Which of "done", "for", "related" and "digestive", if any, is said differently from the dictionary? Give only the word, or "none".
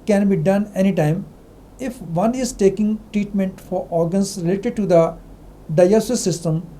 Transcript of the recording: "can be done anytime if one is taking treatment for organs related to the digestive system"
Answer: digestive